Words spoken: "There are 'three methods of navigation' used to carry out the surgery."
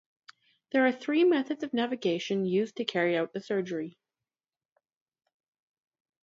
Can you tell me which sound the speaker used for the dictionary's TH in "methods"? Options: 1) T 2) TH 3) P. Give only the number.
2